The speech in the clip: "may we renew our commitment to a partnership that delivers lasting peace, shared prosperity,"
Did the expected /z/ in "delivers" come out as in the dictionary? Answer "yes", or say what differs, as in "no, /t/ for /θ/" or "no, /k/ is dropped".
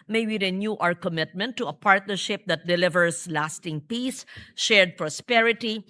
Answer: no, /s/ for /z/